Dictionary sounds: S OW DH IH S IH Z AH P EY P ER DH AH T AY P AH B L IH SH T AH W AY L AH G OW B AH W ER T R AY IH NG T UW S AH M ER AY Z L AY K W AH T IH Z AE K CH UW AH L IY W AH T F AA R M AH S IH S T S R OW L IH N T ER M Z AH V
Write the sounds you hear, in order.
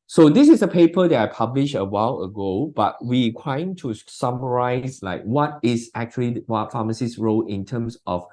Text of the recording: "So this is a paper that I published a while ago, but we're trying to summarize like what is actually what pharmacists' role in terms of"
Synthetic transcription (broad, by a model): S OW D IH S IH S AH P EY P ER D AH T AY P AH B L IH SH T AH W AY L AH G OW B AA W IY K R AY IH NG T UW S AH M ER AY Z L AY K W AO T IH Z AE K CH UW AH L IY W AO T F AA M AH S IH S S R OW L IH N T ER M S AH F